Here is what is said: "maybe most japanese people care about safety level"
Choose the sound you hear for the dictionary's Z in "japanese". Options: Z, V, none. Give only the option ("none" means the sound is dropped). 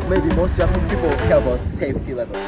none